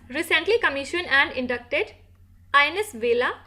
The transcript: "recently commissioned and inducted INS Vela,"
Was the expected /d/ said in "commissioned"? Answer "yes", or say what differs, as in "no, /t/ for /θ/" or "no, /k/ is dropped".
no, /d/ is dropped